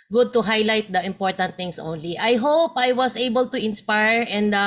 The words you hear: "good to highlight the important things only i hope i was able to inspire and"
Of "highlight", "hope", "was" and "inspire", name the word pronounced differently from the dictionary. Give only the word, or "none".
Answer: was